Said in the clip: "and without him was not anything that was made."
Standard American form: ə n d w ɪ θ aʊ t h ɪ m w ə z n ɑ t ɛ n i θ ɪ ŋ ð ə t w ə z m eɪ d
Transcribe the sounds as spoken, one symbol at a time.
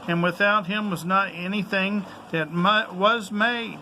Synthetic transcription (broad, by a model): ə n w ɪ θ aʊ t h ɪ m w ə z n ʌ t ɛ n i θ ɪ ŋ ð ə t w ə z m eɪ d